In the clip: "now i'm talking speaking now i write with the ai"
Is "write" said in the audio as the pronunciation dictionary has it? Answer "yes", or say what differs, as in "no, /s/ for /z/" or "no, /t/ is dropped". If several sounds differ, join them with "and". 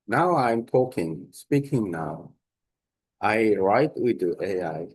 yes